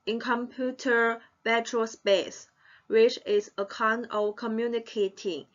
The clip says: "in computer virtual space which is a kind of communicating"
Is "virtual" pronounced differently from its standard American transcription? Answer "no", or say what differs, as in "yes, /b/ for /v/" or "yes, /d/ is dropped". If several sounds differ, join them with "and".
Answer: yes, /b/ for /v/